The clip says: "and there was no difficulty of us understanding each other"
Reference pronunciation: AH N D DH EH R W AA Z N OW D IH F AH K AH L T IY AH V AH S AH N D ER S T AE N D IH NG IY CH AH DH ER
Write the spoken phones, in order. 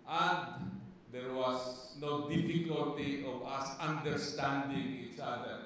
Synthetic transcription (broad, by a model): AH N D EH R W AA S N OW D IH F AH K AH L T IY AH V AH S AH N D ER S T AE N D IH NG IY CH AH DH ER